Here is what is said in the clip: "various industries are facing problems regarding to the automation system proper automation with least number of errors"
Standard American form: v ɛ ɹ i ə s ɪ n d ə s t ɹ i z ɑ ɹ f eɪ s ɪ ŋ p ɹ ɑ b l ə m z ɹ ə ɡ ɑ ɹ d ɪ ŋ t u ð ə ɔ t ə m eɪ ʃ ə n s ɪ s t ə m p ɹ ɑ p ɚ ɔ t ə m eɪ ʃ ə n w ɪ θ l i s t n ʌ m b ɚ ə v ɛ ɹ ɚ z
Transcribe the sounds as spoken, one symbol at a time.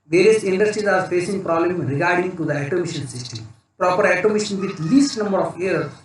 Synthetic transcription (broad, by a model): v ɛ ɹ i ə s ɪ n d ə s t ɹ i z ɑ ɹ f eɪ s ɪ ŋ p ɹ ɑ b l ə m ɹ ə ɡ ɑ ɹ d ɪ ŋ t u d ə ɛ t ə m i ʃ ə n s ɪ s t ə m p ɹ ɑ p ɚ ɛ t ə m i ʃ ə n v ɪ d l i s t n ʌ m b ɚ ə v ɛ ɹ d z